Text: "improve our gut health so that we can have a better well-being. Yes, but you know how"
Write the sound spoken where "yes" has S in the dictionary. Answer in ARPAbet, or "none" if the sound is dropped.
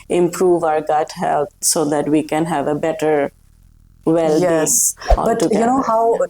none